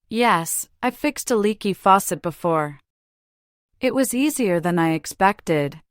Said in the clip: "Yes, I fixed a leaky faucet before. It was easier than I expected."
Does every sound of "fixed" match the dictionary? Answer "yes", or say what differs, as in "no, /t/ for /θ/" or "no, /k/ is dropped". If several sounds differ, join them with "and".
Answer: yes